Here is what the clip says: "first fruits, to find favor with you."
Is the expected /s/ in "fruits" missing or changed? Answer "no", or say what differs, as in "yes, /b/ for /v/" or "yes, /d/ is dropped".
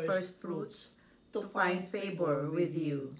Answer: no